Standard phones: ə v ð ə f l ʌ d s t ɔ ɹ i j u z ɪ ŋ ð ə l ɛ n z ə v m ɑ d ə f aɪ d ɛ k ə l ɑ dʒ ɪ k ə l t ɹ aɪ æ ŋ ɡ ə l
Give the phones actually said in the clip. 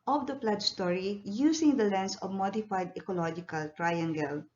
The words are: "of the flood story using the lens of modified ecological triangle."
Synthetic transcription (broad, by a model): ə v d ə p l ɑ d s t ɔ ɹ i j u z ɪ ŋ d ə l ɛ n s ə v m ɑ d ə f aɪ d ɛ k ə l ɑ dʒ ɪ k ə l t ɹ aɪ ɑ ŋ ɡ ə l